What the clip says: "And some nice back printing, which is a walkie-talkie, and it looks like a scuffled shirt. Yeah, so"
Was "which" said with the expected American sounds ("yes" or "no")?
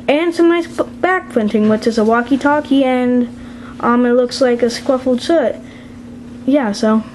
yes